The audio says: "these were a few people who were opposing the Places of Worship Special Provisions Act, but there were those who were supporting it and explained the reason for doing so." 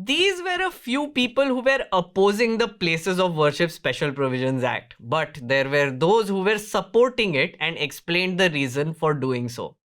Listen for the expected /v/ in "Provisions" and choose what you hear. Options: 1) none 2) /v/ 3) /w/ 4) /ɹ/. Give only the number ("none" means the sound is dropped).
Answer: 2